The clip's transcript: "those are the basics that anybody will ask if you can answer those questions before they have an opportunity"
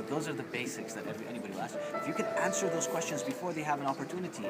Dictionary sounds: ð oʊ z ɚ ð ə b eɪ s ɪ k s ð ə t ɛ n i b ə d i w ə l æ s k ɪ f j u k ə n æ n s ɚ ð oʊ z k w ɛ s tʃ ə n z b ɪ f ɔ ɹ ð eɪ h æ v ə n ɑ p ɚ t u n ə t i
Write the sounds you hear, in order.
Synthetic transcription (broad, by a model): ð oʊ z ɚ ð ə b eɪ s ɪ k s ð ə t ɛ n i b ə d i w ə l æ s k ɪ f j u k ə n æ n s ɚ ð oʊ z k w ɛ s tʃ ə n z b ɪ f ɔ ɹ ð eɪ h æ v ə n ɑ p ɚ t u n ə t i